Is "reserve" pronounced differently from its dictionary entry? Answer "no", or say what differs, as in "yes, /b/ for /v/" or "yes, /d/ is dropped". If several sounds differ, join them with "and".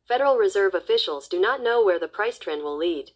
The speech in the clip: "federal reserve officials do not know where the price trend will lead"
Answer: no